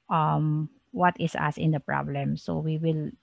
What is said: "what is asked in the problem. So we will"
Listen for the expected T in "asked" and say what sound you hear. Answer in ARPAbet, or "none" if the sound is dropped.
none